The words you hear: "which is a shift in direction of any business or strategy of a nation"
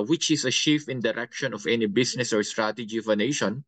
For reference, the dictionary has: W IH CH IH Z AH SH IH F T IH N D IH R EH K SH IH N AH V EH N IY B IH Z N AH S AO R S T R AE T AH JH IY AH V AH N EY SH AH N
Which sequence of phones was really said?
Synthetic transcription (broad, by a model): W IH CH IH S AH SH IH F IH N D IH R EH K SH IH N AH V EH N IY B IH S N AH S AO R S T R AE T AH JH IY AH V AH N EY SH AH N